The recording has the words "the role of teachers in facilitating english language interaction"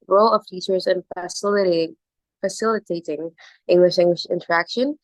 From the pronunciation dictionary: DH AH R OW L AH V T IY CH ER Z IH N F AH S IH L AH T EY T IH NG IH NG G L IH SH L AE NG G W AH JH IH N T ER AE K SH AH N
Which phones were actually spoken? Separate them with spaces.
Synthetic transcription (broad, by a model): R OW L AH V T IY CH ER Z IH N F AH S IH L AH T EY T IH NG IH NG G L IH SH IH NG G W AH SH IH N T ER AE K SH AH N